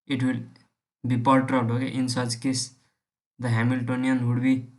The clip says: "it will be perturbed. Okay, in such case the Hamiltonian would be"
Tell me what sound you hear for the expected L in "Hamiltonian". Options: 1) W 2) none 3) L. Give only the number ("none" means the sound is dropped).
3